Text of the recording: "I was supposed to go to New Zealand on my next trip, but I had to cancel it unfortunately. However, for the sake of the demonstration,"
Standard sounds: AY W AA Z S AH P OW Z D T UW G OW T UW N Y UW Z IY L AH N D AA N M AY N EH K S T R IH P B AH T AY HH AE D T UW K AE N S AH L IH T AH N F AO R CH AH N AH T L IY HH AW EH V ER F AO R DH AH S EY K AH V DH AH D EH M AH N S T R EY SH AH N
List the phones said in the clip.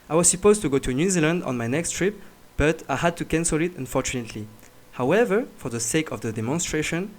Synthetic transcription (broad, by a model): AY W AA Z S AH P OW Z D T UW G OW T UW N Y UW Z IY L AH N D AA N M AY N EH K S T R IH P B AH T AY HH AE D T UW K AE N S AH L IH T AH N F AO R CH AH N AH T L IY HH AW EH V ER F AO R DH AH S EY K AH V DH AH D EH M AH N S T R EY SH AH N